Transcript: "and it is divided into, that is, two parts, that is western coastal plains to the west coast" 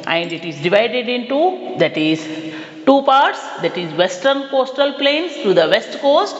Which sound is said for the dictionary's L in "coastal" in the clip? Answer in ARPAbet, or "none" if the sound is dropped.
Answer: L